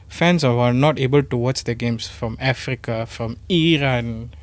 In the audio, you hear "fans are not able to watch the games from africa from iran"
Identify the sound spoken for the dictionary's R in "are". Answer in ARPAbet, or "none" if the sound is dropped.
W